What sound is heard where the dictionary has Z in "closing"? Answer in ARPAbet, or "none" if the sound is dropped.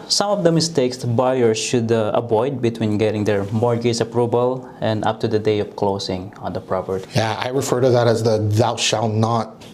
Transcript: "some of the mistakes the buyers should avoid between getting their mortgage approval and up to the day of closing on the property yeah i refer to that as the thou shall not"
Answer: S